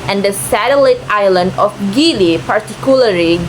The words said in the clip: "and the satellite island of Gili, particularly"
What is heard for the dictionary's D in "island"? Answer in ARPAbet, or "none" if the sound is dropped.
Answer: D